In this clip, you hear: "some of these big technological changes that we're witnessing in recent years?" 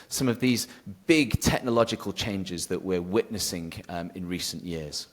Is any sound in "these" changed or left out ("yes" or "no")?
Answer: no